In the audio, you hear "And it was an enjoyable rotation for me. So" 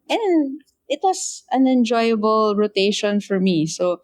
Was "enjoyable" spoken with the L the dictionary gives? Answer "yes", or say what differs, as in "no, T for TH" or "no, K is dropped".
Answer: yes